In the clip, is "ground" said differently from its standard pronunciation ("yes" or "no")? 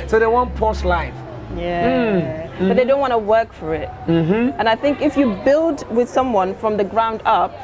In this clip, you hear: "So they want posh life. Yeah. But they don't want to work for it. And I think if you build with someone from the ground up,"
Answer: no